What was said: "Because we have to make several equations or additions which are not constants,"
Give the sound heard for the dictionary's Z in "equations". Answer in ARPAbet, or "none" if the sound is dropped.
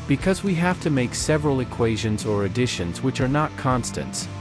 Z